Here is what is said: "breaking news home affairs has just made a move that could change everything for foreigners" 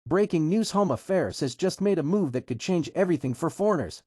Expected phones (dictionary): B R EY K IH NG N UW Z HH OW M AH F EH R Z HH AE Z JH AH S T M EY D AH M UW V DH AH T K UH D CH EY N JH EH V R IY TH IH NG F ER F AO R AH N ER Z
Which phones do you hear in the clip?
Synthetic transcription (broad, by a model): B R EY K IH NG N UW Z HH OW M AH F EH R Z HH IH Z JH AH S T M EY D AH M UW V DH AH T K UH D CH EY N JH EH V R IY TH IH NG F ER F AO R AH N ER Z